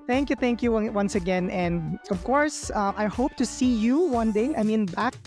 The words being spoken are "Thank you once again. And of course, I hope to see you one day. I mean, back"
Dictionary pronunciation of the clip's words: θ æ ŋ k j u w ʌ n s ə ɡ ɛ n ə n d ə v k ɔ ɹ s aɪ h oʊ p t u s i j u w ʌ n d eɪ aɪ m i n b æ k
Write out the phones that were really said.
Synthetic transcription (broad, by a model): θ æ ŋ k j u w ʌ n s ə ɡ ɛ n ə n d ə v k ɔ ɹ s aɪ h oʊ p t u s i j u w ʌ n d eɪ aɪ m i n b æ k